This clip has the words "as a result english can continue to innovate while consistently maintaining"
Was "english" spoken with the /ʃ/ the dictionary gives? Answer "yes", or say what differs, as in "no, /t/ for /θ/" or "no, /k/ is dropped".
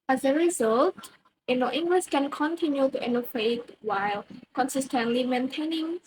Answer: no, /s/ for /ʃ/